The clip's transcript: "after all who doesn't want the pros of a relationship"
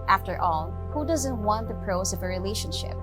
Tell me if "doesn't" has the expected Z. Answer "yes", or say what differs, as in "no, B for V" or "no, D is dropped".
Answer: yes